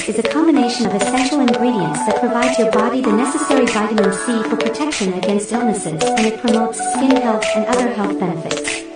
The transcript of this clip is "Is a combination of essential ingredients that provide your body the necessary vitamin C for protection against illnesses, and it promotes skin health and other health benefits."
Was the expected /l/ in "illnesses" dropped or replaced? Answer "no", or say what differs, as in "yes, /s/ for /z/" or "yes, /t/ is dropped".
no